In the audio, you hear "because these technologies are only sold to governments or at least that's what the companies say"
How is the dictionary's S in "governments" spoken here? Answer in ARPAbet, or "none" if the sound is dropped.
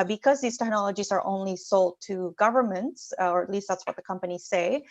S